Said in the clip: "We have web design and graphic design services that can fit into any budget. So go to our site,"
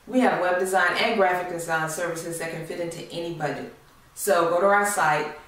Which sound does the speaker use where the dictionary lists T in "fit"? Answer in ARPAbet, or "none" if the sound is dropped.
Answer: T